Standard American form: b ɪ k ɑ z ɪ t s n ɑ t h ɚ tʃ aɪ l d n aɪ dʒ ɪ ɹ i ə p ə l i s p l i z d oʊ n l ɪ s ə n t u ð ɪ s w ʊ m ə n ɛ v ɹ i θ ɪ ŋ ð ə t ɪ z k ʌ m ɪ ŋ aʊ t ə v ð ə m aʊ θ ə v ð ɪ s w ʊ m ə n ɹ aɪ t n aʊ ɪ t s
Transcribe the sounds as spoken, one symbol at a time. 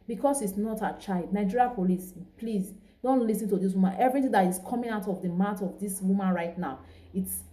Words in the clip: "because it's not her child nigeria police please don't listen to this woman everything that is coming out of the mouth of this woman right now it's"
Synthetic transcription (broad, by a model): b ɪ k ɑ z ɪ t s n ɑ t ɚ tʃ aɪ l d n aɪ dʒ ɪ ɹ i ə p ə l i s p l i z d oʊ n l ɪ s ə n t u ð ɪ s w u m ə n ɛ v ɹ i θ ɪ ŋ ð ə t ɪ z k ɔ m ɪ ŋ aʊ t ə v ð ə m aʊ t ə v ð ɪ s w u m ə n ɹ aɪ t n aʊ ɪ t s